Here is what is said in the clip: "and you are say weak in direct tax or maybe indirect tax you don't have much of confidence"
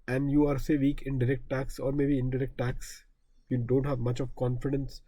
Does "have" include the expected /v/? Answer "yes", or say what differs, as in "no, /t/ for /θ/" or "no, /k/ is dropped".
yes